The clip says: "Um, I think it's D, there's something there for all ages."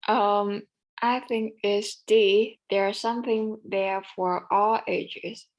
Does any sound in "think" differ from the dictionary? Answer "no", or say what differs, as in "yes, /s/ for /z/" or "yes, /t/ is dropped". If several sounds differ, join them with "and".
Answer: no